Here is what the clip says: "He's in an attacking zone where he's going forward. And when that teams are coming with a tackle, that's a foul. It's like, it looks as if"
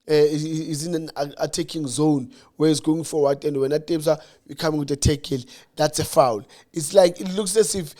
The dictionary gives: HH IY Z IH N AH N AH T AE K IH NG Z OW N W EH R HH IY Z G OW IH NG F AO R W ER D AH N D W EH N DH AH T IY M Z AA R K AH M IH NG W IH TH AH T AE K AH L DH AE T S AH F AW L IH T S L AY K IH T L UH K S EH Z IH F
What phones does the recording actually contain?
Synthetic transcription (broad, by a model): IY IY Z IH N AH N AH T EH K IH NG Z OW N W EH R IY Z G OW IH NG F AO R W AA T AH N D W EH N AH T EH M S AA W K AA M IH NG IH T AH T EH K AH L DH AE T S AH F AW L IH T S L AY K IH T L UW K S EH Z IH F